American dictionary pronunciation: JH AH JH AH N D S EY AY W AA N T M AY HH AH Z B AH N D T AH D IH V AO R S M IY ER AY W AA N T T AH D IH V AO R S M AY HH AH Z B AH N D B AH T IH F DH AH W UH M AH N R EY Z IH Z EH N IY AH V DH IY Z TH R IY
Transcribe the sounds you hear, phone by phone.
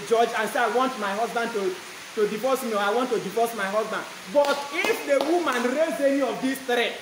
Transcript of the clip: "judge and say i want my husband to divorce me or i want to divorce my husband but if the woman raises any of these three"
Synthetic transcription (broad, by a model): JH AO JH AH N S EY AY W AA N T M AY HH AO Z B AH N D T AH D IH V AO S M IY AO AY W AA N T T AH D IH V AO S M AY HH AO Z B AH N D B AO T IH F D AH W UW M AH N R EY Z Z EH N IY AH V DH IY S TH R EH